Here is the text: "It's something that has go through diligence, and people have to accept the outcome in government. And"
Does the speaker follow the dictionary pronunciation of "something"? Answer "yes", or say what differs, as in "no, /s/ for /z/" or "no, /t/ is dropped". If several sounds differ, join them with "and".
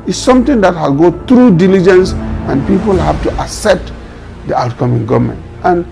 no, /t/ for /θ/